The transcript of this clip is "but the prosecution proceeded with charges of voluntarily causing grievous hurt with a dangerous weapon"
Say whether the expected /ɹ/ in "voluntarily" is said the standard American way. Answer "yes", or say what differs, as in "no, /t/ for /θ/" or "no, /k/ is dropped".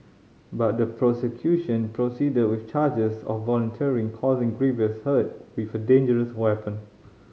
no, /ɹ/ is dropped